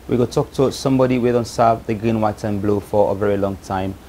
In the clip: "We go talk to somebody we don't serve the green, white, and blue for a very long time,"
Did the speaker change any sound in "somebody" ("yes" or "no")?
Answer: no